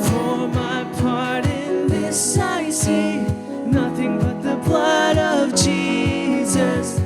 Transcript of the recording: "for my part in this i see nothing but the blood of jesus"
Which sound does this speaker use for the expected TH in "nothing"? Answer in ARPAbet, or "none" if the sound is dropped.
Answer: TH